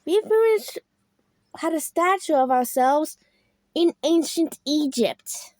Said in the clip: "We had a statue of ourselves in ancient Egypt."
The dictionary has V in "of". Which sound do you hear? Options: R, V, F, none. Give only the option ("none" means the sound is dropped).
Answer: V